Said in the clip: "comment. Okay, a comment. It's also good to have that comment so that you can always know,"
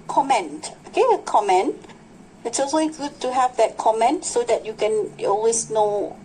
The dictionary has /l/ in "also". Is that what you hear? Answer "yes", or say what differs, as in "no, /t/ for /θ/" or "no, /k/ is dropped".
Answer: no, /l/ is dropped